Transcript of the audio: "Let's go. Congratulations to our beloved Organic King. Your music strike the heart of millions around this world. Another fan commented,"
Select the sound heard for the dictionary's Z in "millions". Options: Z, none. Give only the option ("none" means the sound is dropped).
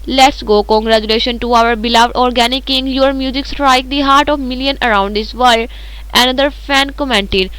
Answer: none